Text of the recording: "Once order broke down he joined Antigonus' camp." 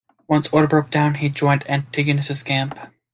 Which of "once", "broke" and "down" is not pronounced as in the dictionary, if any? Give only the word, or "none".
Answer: none